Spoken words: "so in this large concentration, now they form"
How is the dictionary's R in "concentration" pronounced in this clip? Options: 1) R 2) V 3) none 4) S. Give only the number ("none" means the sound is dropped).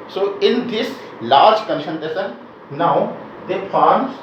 3